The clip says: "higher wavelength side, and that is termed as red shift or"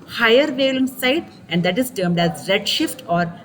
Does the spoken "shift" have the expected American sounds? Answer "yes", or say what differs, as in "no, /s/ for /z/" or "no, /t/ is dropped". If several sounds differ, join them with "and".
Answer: yes